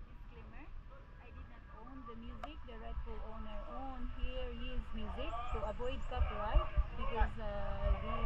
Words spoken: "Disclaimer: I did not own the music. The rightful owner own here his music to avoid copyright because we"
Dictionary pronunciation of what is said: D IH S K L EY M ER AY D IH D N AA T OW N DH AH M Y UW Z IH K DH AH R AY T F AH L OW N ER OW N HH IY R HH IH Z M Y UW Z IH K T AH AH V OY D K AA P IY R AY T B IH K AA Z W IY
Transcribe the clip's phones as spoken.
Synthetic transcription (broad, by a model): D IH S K L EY M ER AY D IH D N AA T OW N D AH M Y UW Z IH K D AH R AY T AH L OW N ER OW N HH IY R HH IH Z M Y UW Z IH K S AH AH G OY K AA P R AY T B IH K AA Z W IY